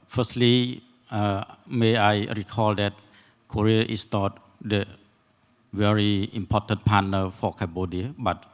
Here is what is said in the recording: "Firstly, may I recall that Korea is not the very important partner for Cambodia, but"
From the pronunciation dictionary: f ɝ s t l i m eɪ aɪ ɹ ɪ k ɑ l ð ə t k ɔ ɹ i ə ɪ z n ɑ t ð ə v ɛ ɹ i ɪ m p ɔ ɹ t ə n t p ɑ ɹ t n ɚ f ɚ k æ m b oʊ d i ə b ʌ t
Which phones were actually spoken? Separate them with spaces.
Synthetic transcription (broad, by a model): f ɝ s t l i m eɪ aɪ ɹ ɪ k ɑ l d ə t k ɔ ɹ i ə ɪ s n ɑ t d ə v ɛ ɹ i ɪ m p ɔ t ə n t p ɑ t n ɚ f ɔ k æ b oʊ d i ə b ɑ t